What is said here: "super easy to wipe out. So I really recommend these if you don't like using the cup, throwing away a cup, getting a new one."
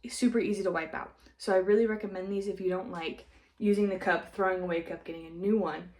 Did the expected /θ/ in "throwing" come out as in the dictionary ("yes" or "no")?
yes